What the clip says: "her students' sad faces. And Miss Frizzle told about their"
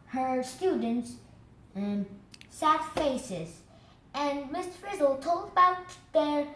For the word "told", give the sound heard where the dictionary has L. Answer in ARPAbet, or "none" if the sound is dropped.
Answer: L